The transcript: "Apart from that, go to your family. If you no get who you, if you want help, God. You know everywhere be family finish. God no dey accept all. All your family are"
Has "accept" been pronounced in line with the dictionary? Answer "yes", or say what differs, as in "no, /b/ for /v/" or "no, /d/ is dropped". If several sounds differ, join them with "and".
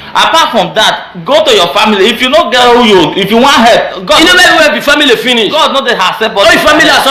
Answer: no, /k/ is dropped